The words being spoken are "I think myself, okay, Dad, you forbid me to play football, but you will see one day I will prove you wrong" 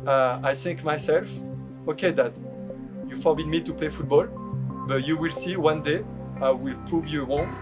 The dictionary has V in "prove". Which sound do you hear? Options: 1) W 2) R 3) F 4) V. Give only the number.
4